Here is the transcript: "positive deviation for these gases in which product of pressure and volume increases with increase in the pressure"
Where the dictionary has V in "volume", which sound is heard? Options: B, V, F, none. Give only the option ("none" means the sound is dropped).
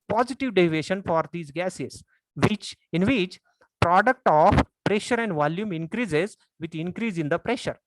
V